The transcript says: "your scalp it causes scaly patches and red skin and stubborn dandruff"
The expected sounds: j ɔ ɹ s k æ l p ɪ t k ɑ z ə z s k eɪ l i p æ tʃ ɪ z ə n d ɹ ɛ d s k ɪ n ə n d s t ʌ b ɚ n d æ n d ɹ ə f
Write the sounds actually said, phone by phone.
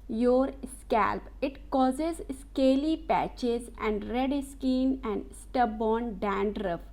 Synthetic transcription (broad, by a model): j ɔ ɹ s k æ l p ɪ t k ɑ z ə z s k eɪ l i p æ tʃ ɪ z ə n d ɹ ɛ d s k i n ə n d s t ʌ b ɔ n d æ n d ɹ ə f